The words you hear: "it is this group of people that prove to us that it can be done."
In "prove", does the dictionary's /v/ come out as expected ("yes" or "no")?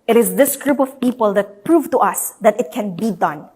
yes